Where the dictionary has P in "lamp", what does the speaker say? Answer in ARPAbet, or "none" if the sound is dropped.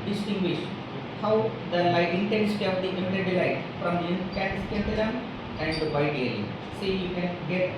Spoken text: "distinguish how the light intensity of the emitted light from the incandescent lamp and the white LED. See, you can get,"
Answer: none